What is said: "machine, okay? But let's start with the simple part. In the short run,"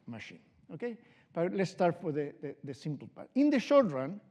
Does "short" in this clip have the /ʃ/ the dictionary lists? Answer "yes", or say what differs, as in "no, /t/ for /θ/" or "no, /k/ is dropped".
yes